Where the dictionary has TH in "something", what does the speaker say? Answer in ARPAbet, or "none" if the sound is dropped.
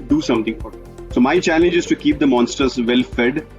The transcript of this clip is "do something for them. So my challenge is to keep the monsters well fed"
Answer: T